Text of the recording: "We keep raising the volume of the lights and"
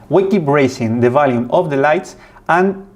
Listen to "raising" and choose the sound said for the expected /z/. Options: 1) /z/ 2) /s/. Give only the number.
2